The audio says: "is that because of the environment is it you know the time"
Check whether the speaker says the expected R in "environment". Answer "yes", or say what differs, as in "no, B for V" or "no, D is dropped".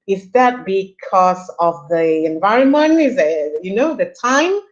yes